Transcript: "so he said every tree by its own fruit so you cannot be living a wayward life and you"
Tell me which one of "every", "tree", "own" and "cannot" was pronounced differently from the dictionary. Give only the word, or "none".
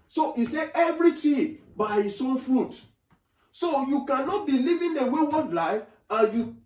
tree